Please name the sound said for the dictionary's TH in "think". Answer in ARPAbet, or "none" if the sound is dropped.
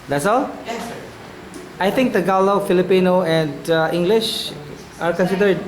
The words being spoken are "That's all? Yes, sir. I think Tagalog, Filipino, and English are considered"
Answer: T